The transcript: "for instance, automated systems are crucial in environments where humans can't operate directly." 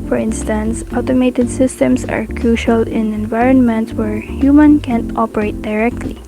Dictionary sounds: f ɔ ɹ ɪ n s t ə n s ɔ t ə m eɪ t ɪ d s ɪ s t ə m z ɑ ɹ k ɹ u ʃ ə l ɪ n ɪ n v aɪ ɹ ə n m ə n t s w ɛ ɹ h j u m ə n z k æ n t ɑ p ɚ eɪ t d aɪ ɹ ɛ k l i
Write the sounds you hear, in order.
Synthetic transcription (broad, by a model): f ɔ ɹ ɪ n s t ə n s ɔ t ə m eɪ t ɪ d s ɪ s t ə m s ɑ ɹ k ɹ u ʃ ə l ɪ n ɪ n v aɪ ɹ ə n m ə n t s w ɛ ɹ h j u m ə n k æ n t ɑ p ɚ eɪ t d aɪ ɹ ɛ k l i